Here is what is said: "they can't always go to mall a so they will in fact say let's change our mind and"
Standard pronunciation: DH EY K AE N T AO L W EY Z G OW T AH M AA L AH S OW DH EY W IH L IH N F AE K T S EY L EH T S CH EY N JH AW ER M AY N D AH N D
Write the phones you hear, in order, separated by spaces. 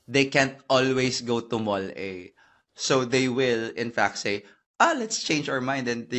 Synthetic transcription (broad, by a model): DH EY K AE N T AO L W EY S G OW T AH M AA L AH S OW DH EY W IH L IH N F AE K T S EY L EH T S CH EY N JH AW ER M AY N D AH N